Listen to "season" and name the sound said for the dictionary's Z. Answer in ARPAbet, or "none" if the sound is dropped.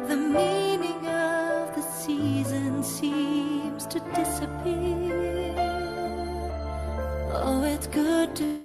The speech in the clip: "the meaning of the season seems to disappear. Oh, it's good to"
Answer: Z